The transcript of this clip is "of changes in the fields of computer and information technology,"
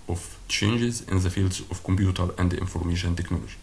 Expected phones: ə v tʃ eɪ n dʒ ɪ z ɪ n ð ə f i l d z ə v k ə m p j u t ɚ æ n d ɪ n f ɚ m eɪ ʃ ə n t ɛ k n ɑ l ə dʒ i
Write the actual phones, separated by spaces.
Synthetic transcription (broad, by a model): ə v tʃ eɪ n dʒ ɪ z ɪ n ð ə f i l d z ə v k ə m p j u t ɚ æ n d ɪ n f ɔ m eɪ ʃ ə n t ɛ k n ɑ l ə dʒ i